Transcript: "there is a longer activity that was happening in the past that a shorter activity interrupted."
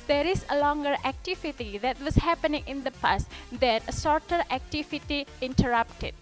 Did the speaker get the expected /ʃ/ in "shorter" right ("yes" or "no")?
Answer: no